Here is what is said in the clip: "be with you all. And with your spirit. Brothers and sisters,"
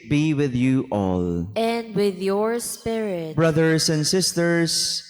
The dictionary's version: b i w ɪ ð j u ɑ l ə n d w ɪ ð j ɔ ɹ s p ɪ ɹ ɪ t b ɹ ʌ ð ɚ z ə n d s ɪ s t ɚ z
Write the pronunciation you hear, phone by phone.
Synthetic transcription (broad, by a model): b i w ɪ ð j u ɑ l ə n d w ɪ ð j ɔ ɹ s p ɪ ɹ ɪ t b ɹ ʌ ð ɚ s ə n d s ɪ s t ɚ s